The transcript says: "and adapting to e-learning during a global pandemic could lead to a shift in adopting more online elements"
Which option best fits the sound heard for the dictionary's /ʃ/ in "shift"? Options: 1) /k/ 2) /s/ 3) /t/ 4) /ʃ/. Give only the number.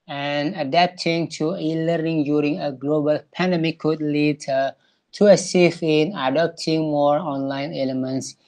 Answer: 2